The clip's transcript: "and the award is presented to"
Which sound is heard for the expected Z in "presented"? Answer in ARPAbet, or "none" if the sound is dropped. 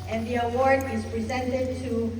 Z